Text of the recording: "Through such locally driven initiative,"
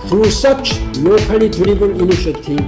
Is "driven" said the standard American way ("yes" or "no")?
no